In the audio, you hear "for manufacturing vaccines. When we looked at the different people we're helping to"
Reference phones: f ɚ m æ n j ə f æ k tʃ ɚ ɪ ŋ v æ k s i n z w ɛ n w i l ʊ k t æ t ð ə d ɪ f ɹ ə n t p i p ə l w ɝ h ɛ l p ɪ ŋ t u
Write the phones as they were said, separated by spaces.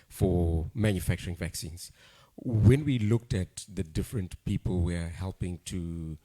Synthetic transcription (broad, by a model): f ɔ m æ n j ə f æ k tʃ ɚ ɪ ŋ v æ k s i n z w ɛ n w i l ʊ k t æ t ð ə d ɪ f ɹ ə n t p i p ə l w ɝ h ɛ l p ɪ ŋ t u